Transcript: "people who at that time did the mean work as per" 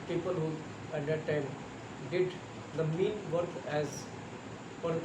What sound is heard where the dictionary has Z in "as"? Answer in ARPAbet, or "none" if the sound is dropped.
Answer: Z